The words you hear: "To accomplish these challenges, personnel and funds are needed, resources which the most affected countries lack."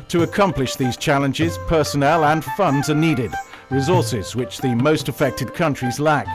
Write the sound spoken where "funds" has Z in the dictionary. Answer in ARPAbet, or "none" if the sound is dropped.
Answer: Z